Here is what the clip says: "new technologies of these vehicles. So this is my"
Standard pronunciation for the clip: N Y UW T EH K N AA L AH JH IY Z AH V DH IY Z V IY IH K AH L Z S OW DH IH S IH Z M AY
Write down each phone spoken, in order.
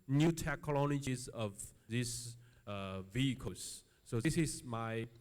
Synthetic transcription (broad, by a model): N Y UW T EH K L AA N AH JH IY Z AH V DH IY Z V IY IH K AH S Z S OW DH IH S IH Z M AY